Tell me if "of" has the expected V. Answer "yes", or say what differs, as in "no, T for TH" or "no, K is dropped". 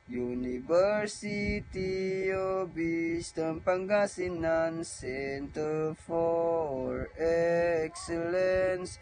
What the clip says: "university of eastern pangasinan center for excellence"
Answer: no, B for V